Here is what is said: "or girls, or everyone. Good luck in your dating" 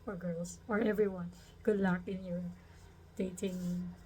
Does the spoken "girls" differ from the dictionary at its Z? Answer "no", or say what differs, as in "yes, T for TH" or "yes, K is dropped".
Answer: yes, S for Z